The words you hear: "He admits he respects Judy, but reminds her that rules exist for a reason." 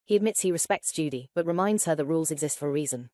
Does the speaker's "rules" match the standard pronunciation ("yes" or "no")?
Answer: yes